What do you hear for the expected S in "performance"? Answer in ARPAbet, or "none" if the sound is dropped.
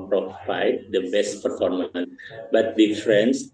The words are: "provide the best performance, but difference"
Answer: none